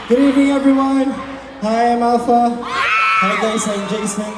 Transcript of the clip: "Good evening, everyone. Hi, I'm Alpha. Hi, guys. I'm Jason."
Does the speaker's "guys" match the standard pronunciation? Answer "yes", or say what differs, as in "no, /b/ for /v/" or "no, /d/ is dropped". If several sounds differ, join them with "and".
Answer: no, /s/ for /z/